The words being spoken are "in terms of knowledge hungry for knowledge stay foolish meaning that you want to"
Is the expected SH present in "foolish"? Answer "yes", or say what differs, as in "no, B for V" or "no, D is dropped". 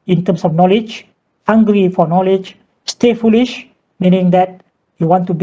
yes